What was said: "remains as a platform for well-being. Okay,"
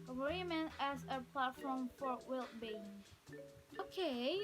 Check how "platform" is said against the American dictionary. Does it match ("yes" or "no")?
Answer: yes